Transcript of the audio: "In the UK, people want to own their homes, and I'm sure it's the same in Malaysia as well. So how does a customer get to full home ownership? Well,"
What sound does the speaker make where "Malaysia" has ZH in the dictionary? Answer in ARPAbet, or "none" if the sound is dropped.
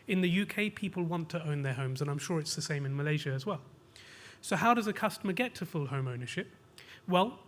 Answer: ZH